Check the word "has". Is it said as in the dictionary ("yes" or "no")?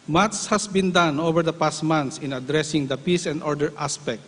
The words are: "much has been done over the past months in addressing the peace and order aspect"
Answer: no